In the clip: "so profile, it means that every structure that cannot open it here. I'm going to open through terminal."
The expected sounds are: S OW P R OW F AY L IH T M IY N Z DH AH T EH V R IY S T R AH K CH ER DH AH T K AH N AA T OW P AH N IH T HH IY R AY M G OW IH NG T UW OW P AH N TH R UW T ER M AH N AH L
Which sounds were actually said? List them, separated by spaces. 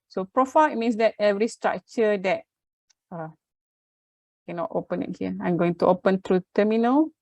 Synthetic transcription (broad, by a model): S OW P R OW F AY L IH T M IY N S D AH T EH V R IY S T R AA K CH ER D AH T K AH N AA T OW P AH N IH T HH IY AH AY M G OW IH NG T UW OW P AH N T R UW T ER M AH N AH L